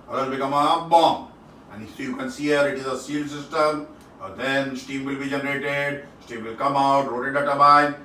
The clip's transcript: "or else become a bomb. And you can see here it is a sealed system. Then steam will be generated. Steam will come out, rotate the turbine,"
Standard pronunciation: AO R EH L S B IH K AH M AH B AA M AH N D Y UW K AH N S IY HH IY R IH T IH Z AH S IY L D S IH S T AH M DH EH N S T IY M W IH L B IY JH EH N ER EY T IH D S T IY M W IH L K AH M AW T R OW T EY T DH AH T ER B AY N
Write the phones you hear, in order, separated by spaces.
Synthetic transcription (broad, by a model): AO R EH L B IH K AH M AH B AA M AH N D Y UW K AH N S IY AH R IH T IH Z AH S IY L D S IH S T AH M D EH N S T IY M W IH L B IY JH EH N ER EY T IH D S T IY M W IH L K AH M AW T R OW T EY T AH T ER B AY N